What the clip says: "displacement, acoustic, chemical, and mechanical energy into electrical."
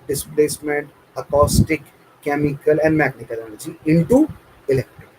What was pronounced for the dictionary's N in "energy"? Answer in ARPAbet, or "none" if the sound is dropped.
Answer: L